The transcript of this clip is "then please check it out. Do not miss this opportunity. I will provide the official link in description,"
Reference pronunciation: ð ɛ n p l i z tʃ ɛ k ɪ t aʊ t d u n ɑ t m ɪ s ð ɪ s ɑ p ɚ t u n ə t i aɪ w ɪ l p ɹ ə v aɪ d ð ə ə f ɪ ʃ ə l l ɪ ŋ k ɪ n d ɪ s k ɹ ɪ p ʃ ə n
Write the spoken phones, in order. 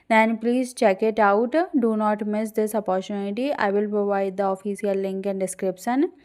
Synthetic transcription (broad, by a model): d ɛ n p l i z tʃ ɛ k ɪ t aʊ t d u n ɑ t m ɪ s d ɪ s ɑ p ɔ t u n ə t i aɪ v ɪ l p ɹ ə v aɪ d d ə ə f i s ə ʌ l ɪ ŋ k ɪ n d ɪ s k ɹ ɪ p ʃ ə n